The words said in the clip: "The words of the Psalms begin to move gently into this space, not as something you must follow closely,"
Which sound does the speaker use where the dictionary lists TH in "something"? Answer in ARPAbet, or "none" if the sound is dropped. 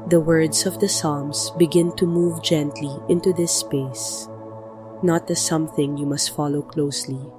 TH